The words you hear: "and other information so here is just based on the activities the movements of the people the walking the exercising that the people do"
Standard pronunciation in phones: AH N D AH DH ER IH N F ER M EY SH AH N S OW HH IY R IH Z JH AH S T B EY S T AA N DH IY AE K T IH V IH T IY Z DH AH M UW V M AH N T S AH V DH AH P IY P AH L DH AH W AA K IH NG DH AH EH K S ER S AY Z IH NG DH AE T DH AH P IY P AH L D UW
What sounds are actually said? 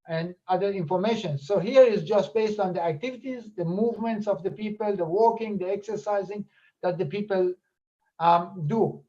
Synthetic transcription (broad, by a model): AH N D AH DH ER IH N F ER M EY SH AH N S OW HH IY R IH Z JH AH S T B EY S T AA N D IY AE K T IH V IH T IY Z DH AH M UW V M AH N T S AH V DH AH P IY P AH L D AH W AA K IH NG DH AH EH K S ER S AY Z IH NG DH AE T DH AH P IY P AH L D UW